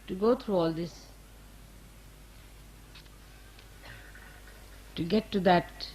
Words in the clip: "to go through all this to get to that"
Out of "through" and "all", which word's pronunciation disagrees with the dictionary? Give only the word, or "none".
through